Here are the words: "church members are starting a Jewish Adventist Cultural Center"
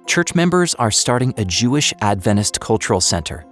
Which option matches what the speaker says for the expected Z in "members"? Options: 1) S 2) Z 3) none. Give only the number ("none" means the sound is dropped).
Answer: 2